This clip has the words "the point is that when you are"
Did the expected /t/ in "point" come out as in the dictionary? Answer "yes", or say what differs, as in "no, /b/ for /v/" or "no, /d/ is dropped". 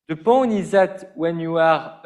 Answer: no, /t/ is dropped